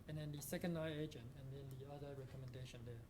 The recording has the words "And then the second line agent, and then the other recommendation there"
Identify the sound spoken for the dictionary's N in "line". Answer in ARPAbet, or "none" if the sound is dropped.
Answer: none